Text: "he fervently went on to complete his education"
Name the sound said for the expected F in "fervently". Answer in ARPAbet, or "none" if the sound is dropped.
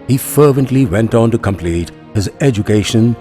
F